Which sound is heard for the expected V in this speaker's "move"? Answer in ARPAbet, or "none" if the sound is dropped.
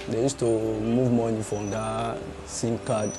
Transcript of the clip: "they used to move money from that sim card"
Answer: V